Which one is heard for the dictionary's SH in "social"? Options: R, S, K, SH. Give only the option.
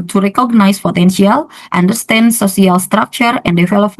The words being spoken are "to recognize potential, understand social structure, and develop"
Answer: S